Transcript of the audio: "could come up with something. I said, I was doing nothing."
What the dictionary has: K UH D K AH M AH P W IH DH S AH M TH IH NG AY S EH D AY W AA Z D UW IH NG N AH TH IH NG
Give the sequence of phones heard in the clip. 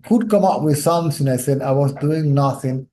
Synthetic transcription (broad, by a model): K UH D K AH M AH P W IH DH S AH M S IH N AY S EH D AY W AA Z D UW IH NG N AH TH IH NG